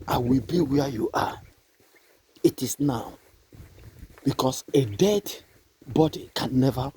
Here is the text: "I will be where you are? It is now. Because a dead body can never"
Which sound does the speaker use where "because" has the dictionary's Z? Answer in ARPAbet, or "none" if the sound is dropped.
S